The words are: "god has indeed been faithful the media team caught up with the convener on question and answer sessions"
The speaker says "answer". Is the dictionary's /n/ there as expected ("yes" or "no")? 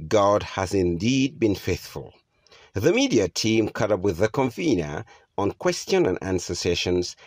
yes